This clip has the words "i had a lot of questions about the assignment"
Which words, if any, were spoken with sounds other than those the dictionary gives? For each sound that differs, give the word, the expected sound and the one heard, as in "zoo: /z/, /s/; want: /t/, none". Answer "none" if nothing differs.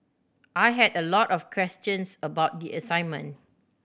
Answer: of: /v/, /f/; questions: /z/, /s/; assignment: /t/, none